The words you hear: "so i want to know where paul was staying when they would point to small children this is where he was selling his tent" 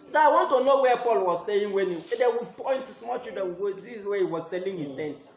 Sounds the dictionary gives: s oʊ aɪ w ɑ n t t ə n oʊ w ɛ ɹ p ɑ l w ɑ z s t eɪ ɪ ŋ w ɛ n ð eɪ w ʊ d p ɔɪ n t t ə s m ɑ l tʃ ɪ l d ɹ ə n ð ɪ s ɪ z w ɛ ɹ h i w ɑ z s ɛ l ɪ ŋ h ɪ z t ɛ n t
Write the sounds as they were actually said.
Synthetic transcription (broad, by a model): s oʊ aɪ w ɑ n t t ə n oʊ w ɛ p ɑ l w ɑ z s t eɪ ɪ ŋ w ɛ n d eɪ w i p ɔɪ n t t s m ɑ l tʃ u d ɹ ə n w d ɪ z w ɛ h i w ɑ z s ɛ l ɪ ŋ h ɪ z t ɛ n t